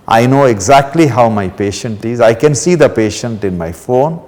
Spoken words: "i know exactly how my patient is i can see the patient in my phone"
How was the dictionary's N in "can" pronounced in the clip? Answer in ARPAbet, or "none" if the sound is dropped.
N